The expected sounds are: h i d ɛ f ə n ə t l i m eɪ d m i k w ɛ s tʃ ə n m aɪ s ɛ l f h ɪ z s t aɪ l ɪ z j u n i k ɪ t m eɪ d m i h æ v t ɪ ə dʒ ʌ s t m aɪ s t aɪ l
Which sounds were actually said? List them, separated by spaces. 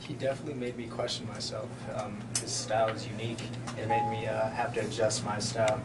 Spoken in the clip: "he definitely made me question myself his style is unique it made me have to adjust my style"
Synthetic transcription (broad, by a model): h i d ɛ f ə n ə t l i m eɪ d m i k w ɛ s tʃ n m aɪ s ɛ l f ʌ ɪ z s t aɪ l ɪ z j u n i k ɪ t m eɪ d m i h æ f t ɪ dʒ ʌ s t m aɪ s t aɪ l